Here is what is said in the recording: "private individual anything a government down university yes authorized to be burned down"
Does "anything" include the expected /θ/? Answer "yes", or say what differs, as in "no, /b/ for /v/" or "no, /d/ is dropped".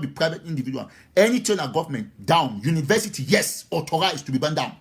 no, /t/ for /θ/